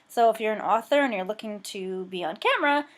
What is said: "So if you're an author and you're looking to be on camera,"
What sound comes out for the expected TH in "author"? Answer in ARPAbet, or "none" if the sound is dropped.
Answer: TH